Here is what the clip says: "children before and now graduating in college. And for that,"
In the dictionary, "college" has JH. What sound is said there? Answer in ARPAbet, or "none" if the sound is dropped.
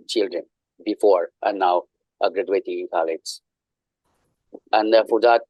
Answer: Z